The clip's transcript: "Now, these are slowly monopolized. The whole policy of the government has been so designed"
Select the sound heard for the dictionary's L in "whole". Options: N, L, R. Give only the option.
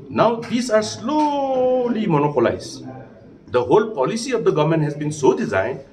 L